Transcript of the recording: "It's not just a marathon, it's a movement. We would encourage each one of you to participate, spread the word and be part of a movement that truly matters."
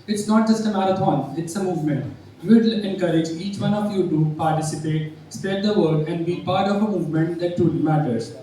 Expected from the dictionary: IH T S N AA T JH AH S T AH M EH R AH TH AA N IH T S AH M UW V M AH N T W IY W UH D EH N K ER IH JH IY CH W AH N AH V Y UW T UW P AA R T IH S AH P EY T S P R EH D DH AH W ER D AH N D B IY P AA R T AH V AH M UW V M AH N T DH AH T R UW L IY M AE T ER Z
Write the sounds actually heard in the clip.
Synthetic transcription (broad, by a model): IH T S N AA T JH AH S T AH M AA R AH T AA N IH T S AH M UW V M AH N T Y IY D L EH N K ER IH JH IY CH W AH N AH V Y UW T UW P AA R T IH S AH P EY T S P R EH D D AH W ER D AH N D B IY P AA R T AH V AH M UW V M AH N T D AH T UW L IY M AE T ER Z